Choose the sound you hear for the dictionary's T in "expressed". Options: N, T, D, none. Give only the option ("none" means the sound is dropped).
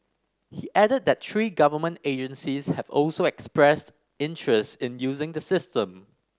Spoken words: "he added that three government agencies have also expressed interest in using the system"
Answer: T